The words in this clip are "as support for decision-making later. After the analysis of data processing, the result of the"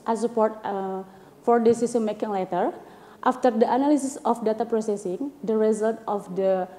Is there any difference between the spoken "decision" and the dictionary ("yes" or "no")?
yes